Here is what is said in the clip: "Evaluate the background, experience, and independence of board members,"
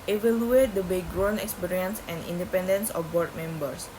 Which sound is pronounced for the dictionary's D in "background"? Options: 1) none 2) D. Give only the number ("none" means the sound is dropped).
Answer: 1